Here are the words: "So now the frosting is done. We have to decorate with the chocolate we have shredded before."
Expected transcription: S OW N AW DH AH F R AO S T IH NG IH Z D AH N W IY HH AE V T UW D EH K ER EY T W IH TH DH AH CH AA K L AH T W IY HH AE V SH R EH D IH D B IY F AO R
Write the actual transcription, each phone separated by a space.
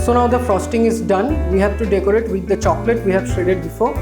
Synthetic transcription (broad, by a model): S OW N AW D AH F R AO S T IH NG IH Z D AH N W IY HH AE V T UW D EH K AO EY T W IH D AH CH AA K L AH T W IY HH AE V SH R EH D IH D B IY F AO R